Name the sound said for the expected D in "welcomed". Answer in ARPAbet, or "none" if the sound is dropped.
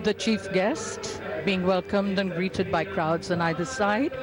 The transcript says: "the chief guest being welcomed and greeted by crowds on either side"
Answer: D